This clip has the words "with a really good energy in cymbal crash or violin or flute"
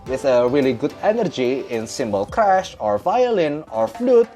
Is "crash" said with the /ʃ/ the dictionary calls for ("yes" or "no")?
yes